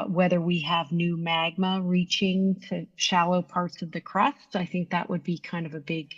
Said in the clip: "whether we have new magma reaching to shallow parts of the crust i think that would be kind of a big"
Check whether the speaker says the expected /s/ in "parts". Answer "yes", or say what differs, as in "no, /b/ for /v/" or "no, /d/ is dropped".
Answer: yes